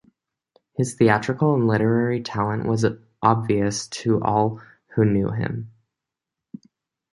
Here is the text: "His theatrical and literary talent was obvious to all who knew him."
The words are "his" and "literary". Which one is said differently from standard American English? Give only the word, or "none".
none